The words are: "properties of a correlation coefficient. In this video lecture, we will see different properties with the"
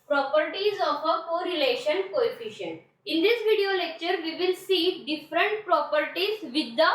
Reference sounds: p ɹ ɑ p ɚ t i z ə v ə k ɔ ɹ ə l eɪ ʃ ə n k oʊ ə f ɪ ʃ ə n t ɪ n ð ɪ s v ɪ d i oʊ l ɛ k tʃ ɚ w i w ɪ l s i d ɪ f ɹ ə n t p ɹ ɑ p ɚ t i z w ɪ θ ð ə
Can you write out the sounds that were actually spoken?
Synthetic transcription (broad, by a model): p ɹ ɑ p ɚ t i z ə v ə k ɔ ɹ ə l eɪ ʃ ə n k oʊ ə f ɪ ʃ ə n t ɪ n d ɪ s v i d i oʊ l ɛ k tʃ ɚ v i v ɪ l s i d ɪ f ɹ ə n t p ɹ ɑ p ɚ t i z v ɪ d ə